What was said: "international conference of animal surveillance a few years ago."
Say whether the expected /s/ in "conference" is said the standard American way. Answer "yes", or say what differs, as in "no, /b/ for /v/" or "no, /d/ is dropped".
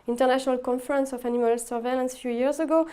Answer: yes